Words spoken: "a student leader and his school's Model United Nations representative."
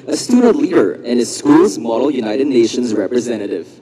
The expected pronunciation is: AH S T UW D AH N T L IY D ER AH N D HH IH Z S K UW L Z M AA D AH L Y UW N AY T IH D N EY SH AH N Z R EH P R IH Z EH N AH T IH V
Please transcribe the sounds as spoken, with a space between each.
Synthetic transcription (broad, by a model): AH S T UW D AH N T L IY D ER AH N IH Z S K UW L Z M AA D AH L Y UW N AY T IH D N EY SH AH N Z R EH P R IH Z EH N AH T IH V